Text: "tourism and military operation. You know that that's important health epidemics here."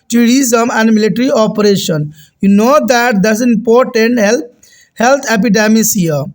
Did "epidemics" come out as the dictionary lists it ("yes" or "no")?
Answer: no